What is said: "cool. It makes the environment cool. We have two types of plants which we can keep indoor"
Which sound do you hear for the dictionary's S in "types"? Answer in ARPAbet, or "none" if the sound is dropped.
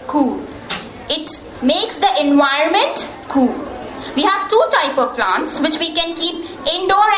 none